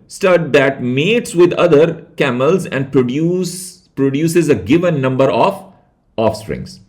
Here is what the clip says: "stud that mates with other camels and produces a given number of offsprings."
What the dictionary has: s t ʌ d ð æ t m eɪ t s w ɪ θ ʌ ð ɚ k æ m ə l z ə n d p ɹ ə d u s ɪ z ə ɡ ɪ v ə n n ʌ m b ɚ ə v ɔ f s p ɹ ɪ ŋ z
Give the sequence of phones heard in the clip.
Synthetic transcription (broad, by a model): s t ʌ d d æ t m eɪ t s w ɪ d ʌ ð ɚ k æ m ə l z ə n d p ɹ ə d u s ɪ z ə ɡ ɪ v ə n n ʌ m b ɚ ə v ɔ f s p ɹ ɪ ŋ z